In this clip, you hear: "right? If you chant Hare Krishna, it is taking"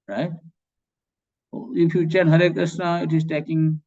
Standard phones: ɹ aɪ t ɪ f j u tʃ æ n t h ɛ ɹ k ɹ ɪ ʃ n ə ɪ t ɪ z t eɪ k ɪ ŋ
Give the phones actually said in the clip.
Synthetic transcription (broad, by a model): ɹ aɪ t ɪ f j u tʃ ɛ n h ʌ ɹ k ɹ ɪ s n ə ɪ t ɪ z t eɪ k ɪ ŋ